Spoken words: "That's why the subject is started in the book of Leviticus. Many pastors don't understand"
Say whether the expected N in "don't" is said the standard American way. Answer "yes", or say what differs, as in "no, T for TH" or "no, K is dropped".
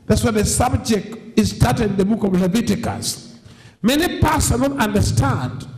no, L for N